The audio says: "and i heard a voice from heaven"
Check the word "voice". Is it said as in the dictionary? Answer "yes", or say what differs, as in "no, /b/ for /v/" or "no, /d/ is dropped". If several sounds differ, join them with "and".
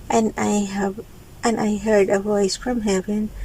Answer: yes